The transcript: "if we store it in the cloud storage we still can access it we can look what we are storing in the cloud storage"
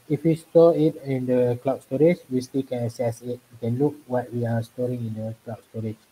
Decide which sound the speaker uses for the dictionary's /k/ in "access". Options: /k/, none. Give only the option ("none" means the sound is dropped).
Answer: none